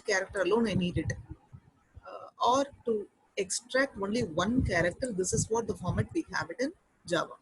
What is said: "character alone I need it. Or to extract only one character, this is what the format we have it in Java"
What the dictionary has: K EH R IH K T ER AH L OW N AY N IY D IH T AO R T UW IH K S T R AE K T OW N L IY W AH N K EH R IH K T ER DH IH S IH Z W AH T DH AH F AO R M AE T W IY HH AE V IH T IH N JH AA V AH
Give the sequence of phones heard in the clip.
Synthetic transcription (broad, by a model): K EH R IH K T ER AH L OW N AY N IY D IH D AO R T UW IH K S T R AE K T OW N L IY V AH N K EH R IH K T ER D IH S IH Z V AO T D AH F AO R M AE T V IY HH AE V IH T IH N JH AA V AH